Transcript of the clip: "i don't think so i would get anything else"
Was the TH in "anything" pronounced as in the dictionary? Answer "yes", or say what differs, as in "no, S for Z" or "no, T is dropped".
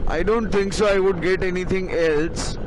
no, T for TH